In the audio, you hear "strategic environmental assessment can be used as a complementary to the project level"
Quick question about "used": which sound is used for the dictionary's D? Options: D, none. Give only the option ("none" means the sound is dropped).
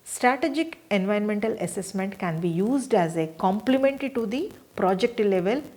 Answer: D